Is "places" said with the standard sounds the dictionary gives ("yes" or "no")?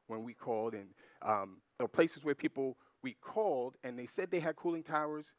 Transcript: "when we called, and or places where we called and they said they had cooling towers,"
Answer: yes